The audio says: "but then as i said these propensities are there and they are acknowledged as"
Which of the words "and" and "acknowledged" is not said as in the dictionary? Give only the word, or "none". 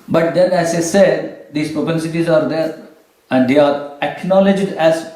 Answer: none